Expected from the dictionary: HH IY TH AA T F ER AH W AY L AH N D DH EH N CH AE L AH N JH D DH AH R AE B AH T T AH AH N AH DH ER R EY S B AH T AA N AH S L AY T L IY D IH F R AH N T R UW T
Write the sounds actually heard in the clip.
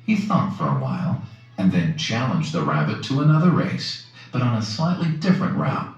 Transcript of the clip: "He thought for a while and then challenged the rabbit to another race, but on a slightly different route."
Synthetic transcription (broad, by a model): HH IY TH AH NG F ER AH W AY L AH N DH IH N CH AE L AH N JH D DH AH R AE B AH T T AH AH N AH DH ER R EY S B AH T N AH S L AY T L IY D IH F R AH N T R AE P